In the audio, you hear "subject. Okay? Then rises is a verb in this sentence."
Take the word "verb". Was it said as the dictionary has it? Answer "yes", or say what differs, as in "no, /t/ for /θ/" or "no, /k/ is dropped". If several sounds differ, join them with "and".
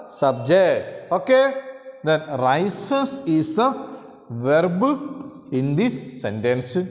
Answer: yes